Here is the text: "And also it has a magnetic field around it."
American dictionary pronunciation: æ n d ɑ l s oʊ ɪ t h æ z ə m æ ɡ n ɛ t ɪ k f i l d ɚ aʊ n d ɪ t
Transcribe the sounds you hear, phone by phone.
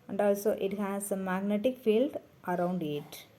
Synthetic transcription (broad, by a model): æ n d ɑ l s oʊ ɪ t h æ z ə m æ ɡ n ɛ t ɪ k f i l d ɚ aʊ n d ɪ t